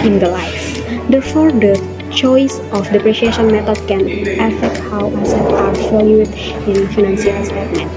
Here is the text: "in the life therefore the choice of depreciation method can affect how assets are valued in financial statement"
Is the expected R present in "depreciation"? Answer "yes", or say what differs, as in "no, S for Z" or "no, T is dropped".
yes